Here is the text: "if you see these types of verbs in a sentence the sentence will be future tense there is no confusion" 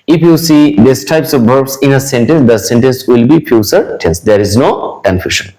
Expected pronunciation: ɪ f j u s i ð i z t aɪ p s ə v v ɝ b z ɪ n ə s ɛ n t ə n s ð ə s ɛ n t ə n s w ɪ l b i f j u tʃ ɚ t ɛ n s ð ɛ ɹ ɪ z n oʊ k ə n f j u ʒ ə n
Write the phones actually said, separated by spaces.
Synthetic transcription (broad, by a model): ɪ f j u s i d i s t aɪ p s ə v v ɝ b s ɪ n ə s ɛ n t ə n s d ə s ɛ n t ə n s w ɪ l b i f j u s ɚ t ɛ n s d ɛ ɹ ɪ z n oʊ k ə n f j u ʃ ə n